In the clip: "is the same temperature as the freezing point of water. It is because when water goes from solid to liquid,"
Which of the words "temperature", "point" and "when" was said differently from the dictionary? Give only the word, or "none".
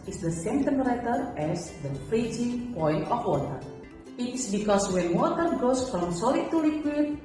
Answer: temperature